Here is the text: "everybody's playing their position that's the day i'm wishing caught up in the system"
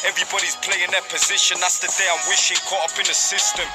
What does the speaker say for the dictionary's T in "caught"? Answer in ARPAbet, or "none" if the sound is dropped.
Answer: none